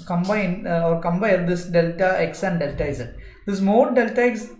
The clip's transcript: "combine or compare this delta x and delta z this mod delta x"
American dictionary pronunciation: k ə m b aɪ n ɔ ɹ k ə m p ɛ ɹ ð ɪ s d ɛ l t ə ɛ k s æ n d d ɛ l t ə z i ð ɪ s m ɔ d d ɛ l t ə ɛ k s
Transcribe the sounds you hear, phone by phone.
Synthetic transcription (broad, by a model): k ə m b aɪ n ɔ ɹ k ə m b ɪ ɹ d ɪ s d ɛ l t ə ɛ k s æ n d d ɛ l t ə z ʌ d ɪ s m ɔ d d ɛ l t ə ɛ k s